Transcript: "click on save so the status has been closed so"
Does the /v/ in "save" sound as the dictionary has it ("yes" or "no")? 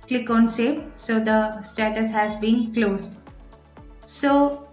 no